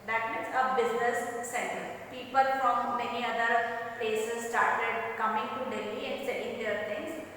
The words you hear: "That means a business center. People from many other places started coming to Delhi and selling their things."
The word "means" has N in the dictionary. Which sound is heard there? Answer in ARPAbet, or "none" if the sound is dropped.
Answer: none